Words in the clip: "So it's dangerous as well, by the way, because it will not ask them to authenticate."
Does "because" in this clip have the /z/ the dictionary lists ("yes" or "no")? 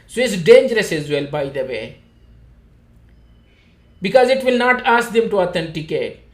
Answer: yes